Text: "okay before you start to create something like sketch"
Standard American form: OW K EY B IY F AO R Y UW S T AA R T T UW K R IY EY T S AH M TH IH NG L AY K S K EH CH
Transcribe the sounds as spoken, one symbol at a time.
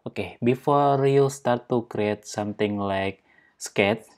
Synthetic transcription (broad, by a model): OW K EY B IY F AO R Y UW S T AA R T T UW K R IY EY T S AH M T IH NG L AY K S K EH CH